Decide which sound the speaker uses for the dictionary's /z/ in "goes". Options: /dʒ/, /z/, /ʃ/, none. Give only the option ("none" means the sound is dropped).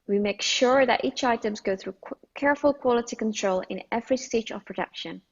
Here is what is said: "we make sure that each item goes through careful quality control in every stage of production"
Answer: none